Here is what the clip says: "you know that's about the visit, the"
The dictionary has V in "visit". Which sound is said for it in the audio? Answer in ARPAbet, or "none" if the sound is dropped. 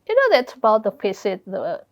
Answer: F